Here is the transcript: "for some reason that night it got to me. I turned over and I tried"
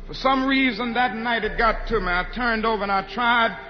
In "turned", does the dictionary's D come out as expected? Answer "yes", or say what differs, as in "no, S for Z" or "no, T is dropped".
yes